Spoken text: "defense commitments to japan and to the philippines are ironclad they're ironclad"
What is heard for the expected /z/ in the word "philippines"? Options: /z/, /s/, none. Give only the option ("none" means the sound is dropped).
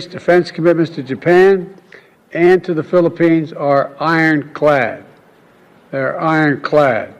/z/